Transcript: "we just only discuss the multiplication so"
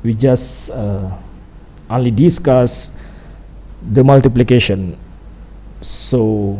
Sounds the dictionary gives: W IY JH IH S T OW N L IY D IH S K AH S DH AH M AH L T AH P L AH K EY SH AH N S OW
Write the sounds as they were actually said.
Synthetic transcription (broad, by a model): W IY JH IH S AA OW N L IY D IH S K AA S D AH M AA L T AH P L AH K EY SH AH N S OW